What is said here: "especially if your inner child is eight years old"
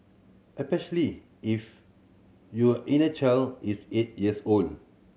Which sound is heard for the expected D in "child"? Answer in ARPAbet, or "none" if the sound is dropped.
none